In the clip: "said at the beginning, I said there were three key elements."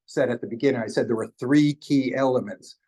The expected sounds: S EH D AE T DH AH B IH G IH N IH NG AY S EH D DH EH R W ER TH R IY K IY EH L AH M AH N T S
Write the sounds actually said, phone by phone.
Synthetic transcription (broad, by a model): S EH D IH T DH AH B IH G IH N IH NG AY S EH D DH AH R W ER TH R IY K IY EH L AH M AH N T S